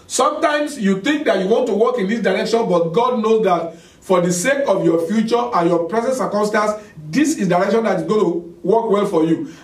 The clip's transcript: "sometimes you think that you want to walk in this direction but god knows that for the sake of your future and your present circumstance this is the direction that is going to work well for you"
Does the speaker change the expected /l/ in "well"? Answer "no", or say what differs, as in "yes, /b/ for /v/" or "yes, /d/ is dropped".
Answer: no